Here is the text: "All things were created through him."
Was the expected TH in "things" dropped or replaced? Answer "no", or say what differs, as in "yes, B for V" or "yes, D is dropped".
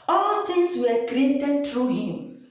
yes, T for TH